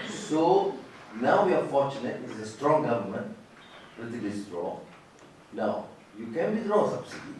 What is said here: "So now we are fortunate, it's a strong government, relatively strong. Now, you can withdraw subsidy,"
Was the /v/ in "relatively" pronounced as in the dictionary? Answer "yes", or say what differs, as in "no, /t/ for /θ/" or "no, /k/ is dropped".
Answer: no, /v/ is dropped